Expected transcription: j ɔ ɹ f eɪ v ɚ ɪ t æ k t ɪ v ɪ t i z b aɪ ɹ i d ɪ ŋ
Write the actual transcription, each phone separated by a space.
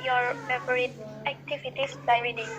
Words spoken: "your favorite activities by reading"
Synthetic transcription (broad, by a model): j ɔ ɹ p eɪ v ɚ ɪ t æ k t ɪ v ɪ t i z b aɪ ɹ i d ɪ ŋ